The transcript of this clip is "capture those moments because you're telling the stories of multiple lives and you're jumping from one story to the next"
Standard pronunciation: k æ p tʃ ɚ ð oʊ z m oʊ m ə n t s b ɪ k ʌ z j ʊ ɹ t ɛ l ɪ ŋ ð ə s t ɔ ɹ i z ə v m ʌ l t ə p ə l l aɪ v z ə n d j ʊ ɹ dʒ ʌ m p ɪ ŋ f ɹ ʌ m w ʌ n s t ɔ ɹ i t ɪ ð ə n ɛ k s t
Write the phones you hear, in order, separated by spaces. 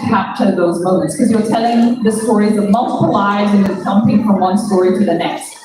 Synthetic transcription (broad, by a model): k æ p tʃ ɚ ð oʊ z m oʊ m ə n t s k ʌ z j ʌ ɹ t ɛ l ɪ ŋ ð ə s t ɔ ɹ i z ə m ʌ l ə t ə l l aɪ z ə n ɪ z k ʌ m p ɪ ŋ f ɹ ʌ m w ʌ n s t ɔ ɹ i t ɪ ð ə n ɛ k s t